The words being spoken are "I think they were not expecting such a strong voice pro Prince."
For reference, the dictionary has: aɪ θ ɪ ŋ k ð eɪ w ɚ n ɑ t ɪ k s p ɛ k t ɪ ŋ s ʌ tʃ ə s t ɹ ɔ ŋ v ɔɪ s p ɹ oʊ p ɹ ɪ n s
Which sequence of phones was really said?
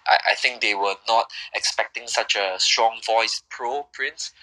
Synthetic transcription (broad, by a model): aɪ θ ɪ ŋ k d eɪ w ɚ n ɑ t ɪ k s p ɛ k t ɪ ŋ s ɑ tʃ ə s t ɹ ɔ ŋ v ɔɪ s p ɹ oʊ p ɹ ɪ n s